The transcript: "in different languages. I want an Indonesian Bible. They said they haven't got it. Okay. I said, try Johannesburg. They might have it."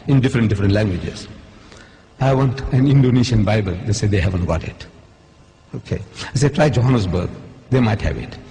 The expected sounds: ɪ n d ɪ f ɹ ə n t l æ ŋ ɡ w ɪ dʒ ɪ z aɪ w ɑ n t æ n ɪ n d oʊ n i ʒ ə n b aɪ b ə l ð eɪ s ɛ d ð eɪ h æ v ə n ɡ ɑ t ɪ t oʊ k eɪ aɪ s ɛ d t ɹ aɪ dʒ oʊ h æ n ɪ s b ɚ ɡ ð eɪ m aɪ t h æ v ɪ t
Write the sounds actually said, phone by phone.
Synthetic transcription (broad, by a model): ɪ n d ɪ f ɹ ə n t l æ ŋ ɡ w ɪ dʒ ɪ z aɪ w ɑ n t æ n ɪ n d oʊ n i ʃ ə n b aɪ b ə l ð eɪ s ɛ d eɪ h æ v ə n ɡ ɑ t ɪ t oʊ k eɪ aɪ s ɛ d t ɹ aɪ dʒ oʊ h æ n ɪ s b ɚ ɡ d eɪ m aɪ t h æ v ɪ t